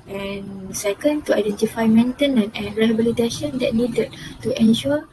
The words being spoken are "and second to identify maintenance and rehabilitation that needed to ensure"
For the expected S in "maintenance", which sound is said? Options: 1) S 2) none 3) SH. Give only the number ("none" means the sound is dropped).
2